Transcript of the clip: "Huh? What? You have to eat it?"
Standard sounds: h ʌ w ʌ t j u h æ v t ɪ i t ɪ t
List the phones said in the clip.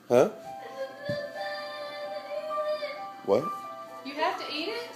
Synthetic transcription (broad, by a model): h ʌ w ʌ t j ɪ h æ f t ɪ i t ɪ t